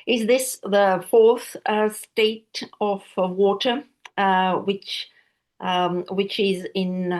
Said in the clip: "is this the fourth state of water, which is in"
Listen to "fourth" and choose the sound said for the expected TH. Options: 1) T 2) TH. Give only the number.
2